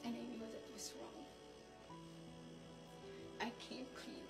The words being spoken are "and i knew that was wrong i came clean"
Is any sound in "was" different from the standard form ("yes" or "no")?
yes